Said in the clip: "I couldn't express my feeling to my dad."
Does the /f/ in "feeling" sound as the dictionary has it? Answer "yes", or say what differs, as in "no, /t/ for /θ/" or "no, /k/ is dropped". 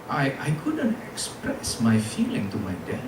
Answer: yes